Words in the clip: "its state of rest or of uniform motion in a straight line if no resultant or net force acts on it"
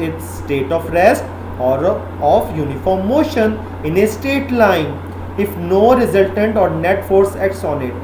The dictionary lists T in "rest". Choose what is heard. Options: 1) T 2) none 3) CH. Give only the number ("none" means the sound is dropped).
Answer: 1